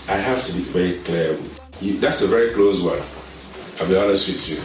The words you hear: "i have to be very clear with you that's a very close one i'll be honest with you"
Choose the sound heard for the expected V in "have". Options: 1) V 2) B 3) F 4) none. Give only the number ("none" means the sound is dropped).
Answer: 3